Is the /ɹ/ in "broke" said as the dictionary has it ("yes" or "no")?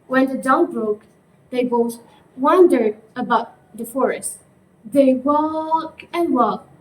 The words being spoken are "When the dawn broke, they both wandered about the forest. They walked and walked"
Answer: yes